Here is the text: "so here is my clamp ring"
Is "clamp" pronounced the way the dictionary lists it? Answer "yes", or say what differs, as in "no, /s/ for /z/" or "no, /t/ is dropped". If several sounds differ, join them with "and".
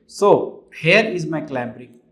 no, /b/ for /p/